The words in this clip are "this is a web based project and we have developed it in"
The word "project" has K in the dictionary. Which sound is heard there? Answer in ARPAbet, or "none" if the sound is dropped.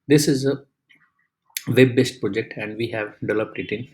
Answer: K